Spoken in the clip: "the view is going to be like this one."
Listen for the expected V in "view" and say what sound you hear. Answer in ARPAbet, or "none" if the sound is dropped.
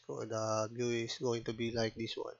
B